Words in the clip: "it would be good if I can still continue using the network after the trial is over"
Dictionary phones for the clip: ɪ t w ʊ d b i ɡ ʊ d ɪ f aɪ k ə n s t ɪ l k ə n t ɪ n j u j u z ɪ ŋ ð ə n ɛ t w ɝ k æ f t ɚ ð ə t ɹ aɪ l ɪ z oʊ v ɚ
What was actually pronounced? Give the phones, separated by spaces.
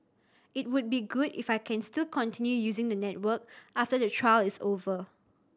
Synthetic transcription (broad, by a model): ɪ t w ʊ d b i ɡ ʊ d ɪ f aɪ k ə n s t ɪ l k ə n t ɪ n j u j u z ɪ ŋ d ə n ɛ t w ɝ k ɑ f t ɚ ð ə t ɹ aɪ l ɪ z oʊ v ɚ